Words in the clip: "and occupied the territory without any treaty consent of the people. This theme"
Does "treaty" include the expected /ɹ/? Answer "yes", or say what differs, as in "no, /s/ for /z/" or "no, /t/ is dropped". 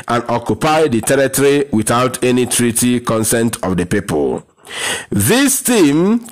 yes